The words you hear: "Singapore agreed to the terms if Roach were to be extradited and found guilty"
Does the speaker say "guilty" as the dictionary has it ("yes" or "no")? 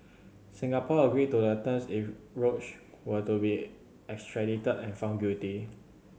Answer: no